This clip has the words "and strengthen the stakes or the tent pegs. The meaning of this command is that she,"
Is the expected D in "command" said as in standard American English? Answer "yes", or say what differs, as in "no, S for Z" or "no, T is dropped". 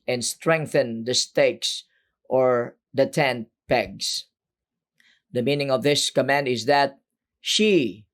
yes